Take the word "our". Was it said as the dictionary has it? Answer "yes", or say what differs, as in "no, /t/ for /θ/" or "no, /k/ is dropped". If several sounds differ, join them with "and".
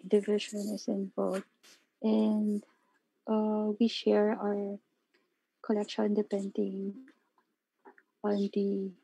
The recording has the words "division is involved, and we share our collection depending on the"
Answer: yes